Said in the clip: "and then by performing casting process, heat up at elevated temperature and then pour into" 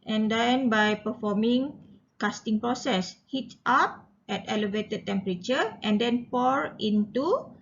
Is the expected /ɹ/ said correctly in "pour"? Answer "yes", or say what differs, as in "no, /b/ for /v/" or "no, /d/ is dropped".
yes